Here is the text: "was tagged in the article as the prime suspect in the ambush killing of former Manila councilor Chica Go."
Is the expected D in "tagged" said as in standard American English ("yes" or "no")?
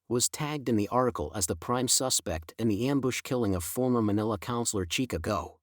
yes